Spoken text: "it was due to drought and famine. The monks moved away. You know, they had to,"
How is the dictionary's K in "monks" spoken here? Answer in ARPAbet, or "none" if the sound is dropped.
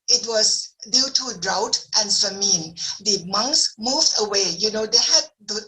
K